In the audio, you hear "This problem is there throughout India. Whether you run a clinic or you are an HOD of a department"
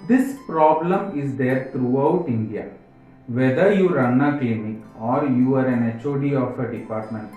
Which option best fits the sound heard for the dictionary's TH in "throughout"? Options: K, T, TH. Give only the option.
T